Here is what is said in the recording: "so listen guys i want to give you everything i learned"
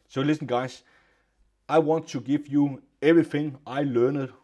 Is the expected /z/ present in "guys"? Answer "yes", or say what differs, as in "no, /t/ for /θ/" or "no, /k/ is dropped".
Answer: no, /s/ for /z/